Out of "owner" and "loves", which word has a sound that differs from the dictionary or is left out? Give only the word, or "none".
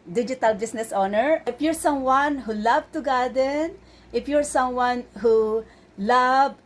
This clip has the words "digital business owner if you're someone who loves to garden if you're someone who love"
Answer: loves